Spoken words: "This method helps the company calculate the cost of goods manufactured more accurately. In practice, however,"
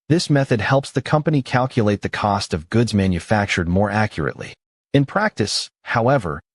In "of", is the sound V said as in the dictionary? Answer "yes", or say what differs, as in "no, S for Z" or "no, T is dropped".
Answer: yes